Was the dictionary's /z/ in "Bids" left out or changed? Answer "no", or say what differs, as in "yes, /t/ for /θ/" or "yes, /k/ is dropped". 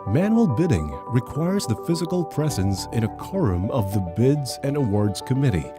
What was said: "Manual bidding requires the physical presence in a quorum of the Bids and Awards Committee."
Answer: no